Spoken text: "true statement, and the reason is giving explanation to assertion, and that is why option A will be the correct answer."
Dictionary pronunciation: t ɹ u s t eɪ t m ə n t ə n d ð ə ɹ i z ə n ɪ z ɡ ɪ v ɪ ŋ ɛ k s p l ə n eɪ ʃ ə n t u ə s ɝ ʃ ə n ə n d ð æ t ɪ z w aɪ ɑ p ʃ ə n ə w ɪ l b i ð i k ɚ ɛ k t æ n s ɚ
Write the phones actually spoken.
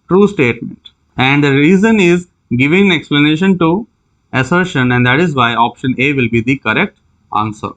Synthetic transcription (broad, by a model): t ɹ u s t eɪ t m ə n t ə n d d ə ɹ i z ə n ɪ z ɡ ɪ v ɪ ŋ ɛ k s p l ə n eɪ ʃ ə n t u ə s ɝ ʃ ə n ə n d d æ t ɪ z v aɪ ɑ p ʃ ə n ə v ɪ l b i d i k ɚ ɛ k t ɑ n s ɚ